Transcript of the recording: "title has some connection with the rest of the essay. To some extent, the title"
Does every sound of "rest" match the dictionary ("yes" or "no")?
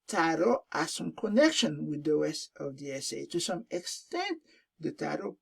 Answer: no